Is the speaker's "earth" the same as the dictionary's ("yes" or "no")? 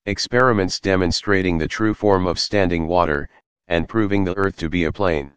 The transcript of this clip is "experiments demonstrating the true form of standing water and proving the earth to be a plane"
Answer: yes